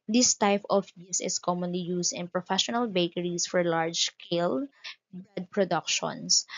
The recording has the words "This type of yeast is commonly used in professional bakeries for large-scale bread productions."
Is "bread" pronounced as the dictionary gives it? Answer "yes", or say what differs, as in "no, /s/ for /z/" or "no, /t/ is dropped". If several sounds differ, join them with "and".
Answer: no, /ɹ/ is dropped